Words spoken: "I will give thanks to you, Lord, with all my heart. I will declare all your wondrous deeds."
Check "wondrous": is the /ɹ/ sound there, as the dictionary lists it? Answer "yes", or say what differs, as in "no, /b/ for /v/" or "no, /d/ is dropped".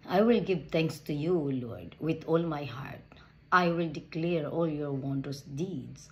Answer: no, /ɹ/ is dropped